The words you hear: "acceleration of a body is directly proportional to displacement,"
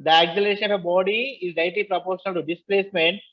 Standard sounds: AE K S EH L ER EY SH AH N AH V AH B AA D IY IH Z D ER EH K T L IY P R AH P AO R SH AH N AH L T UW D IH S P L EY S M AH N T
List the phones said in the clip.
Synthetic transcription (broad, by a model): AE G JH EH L EY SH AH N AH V AH B AA D IY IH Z D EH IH T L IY P R AH P AO R SH AH N AH L T UW D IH S P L EY S M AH N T